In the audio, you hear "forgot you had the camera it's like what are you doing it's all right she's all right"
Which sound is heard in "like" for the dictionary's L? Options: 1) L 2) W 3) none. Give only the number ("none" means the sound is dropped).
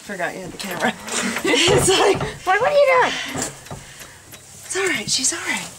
2